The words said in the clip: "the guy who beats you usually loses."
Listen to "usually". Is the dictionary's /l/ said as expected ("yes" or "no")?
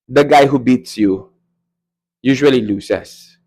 yes